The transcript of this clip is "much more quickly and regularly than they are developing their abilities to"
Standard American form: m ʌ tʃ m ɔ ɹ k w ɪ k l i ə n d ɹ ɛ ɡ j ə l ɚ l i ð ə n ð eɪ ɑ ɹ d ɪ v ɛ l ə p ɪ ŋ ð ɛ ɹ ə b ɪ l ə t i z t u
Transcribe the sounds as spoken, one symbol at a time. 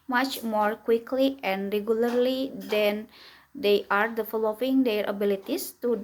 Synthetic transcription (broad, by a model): m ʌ tʃ m ɔ ɹ k w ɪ k l i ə n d ɹ ɛ ɡ j ə l ɚ l i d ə n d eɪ ɑ ɹ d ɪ f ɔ l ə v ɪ ŋ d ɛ ɹ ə b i l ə t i s t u